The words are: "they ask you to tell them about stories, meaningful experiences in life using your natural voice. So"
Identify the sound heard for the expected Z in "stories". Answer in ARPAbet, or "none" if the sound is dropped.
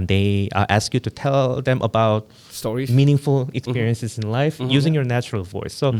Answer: none